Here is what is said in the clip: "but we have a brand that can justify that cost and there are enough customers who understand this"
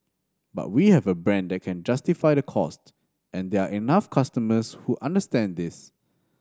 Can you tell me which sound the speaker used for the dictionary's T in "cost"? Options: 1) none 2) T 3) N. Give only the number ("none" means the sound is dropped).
2